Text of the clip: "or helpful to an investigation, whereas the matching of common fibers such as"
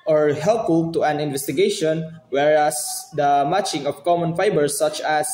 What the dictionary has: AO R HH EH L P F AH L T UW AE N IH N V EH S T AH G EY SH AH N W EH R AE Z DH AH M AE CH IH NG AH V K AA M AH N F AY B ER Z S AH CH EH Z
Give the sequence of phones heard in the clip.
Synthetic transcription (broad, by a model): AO R HH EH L F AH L T UW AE N IH N V EH S T AH G EY SH AH N W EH R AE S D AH M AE CH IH NG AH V K AA M AH N F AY B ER S AH CH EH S